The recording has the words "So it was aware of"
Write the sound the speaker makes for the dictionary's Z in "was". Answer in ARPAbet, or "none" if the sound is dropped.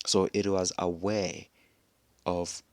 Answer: Z